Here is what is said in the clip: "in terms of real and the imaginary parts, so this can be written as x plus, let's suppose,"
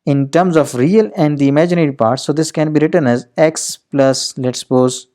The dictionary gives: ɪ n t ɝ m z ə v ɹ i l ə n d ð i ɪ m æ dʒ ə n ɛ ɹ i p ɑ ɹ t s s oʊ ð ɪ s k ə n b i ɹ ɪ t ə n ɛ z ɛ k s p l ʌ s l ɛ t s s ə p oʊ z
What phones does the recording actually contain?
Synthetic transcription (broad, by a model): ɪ n t ɝ m z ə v ɹ i l ə n d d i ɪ m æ dʒ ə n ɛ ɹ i p ɑ ɹ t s s oʊ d ɪ s k ə n b i ɹ ɪ t ə n ɛ z ɛ k s p l ʌ s l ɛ t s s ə p oʊ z